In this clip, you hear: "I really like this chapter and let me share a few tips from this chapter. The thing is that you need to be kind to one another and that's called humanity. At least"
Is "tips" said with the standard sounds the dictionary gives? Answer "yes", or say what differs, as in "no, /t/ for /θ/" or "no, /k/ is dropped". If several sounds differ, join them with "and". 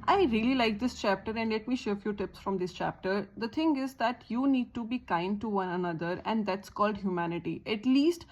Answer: yes